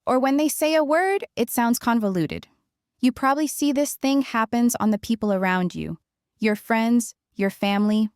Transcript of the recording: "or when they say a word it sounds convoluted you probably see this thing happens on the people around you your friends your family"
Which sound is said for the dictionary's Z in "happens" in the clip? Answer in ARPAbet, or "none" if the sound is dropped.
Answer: Z